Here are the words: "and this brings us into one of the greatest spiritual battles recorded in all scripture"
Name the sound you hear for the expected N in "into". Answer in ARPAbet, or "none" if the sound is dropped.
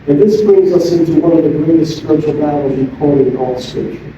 N